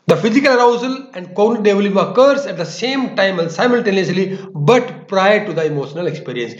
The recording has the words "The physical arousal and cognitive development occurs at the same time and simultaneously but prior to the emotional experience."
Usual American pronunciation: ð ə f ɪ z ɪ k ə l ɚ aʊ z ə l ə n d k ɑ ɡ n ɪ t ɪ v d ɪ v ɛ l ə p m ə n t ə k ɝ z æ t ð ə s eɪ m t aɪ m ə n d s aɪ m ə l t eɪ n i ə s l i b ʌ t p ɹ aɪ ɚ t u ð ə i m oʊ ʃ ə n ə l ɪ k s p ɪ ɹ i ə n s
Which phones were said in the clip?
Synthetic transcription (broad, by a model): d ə f ɪ z ɪ k ə l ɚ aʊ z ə l ə n d k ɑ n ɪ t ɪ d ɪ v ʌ l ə m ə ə k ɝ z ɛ t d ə s eɪ m t aɪ m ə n s aɪ m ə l t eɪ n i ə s l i b ʌ t p ɹ aɪ ɚ t u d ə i m oʊ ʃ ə n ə l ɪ k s p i ɹ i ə n s